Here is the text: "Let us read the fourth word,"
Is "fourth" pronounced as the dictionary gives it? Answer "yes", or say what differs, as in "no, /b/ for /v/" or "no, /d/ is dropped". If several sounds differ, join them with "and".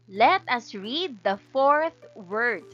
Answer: yes